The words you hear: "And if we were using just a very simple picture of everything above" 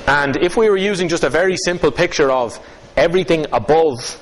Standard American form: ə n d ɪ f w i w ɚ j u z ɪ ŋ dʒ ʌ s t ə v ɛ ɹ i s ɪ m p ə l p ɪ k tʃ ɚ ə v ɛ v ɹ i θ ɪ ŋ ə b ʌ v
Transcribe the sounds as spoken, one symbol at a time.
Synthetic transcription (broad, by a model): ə n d ɪ f w i w ɚ j u z ɪ ŋ dʒ ʌ s t ə v ɛ ɹ i s ɪ m p ə l p ɪ k tʃ ɚ ə v ɛ v ɹ i θ ɪ ŋ ə b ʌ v